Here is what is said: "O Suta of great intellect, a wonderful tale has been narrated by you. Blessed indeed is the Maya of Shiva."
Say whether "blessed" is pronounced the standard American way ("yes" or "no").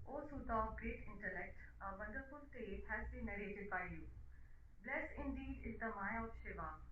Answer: no